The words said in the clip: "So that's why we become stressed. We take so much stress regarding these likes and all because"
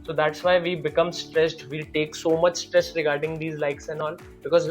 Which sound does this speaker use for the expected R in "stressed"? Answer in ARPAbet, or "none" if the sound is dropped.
R